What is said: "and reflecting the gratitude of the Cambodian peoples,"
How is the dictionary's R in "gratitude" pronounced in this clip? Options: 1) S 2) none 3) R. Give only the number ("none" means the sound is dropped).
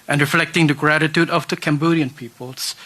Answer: 3